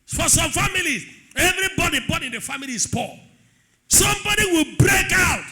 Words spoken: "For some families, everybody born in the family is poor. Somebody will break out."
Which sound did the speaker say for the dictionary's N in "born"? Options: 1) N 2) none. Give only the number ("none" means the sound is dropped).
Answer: 2